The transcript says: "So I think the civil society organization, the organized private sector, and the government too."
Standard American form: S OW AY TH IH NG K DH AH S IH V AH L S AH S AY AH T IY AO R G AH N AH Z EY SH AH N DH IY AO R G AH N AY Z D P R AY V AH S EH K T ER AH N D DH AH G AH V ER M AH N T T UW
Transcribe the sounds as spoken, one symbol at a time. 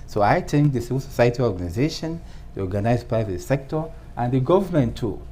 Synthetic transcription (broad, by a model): S OW AY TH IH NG K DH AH S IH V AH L S AH S AY AH T IY AO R G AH N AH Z EY SH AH N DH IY AO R G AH N AY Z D P R AY V AH S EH K T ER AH N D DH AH G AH V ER M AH N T T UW